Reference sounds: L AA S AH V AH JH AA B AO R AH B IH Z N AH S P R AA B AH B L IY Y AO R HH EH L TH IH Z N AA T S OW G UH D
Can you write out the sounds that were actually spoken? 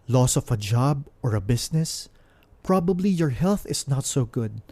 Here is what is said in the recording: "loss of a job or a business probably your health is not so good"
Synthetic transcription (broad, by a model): L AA S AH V AH JH AA B AO R AH B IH S N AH S P R AA B AH B L IY Y AO R HH EH L TH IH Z N AA T S OW G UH D